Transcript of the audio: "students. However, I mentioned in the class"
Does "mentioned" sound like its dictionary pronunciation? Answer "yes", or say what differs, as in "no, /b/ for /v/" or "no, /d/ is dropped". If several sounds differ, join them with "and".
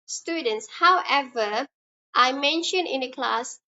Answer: no, /d/ is dropped